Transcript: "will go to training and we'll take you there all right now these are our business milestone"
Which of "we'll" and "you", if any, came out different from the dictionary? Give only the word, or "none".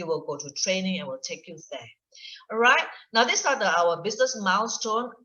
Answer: none